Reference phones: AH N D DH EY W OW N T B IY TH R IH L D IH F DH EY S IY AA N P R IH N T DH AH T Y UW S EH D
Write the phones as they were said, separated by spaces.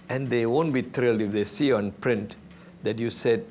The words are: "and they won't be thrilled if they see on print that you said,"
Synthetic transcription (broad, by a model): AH N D EY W OW N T B IY T R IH L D IH F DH EY S IY AA N P R IH N T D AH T Y UW S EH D